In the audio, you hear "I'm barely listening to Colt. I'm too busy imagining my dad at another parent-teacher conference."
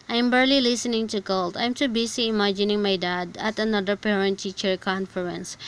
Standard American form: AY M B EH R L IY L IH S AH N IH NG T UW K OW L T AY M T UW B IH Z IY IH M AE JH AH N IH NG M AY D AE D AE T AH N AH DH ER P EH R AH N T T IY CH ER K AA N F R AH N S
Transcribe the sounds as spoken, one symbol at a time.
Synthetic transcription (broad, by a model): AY M B EH R L IY L IH S AH N IH NG T UW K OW L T AY M T UW B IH S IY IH M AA JH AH N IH NG M AY D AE D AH T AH N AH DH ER P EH R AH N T T IY CH ER K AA N F R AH N S